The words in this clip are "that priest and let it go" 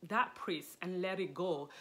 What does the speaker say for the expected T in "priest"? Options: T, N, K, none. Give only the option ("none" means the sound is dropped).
none